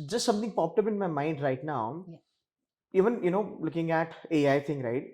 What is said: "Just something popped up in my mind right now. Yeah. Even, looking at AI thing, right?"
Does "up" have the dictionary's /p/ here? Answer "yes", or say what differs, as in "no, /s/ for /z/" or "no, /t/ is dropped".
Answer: no, /b/ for /p/